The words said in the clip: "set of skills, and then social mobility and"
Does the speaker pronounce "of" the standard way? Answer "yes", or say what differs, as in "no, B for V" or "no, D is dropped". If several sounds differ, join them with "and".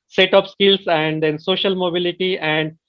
no, P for V